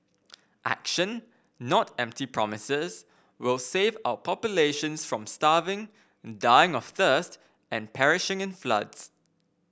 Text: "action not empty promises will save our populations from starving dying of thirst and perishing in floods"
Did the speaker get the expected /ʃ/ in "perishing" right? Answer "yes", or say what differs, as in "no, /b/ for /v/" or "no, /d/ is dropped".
yes